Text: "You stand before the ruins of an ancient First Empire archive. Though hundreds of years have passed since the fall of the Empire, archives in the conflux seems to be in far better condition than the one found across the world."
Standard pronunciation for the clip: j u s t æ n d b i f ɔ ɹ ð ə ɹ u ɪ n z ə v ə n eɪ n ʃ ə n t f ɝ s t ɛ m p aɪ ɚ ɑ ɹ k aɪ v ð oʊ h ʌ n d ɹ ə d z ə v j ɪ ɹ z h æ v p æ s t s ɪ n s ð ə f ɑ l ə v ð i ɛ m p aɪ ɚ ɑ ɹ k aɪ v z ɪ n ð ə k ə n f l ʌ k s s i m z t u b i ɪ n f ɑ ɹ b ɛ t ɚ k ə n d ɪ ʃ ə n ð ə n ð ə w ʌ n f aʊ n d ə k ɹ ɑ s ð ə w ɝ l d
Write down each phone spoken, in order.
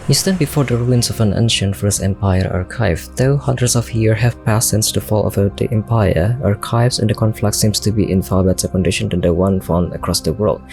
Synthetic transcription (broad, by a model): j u s t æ n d b i f ɔ ɹ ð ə ɹ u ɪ n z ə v ə n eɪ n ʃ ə n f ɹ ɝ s ɛ m p aɪ ɚ ɑ ɹ k aɪ v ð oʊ h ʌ n d ɹ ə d s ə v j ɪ ɹ h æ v p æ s s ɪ n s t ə f ɑ l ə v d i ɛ m p aɪ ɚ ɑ ɹ k aɪ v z ɪ n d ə k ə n f l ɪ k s s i m s t u b i ɪ n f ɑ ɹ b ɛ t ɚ k ə n d ɪ ʃ ə n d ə n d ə w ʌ n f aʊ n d ə k ɹ ɑ s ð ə w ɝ l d